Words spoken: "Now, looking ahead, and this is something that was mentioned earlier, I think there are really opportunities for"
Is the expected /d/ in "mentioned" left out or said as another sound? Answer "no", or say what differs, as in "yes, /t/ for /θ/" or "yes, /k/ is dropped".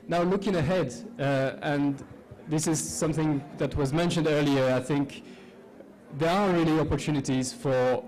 no